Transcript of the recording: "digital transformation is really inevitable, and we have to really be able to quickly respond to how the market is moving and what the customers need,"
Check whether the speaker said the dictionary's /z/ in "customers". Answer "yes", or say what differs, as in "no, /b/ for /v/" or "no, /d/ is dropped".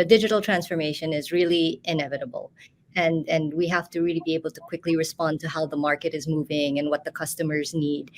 yes